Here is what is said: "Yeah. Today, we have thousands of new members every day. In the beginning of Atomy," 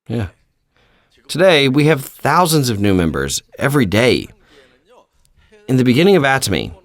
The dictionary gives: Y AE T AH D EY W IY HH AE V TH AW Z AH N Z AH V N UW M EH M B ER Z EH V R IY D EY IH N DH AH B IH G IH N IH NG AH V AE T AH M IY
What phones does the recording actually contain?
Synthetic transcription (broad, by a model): Y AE T AH D EY W IY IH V TH AW Z AH N Z AH V N UW M EH M B ER Z EH V R IY D EY IH N DH AH B IH G IH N IH NG AH V AE T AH M IY